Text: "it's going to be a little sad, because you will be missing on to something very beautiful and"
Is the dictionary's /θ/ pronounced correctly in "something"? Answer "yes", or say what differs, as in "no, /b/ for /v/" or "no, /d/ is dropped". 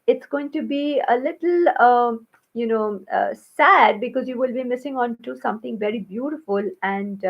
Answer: no, /t/ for /θ/